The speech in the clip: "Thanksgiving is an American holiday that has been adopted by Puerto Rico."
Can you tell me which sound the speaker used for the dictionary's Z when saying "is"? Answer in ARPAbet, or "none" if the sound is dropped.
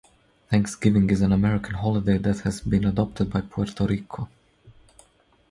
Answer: Z